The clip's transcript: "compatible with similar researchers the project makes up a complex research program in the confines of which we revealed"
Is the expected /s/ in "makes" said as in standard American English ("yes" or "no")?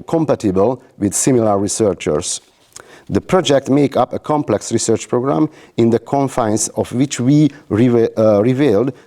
no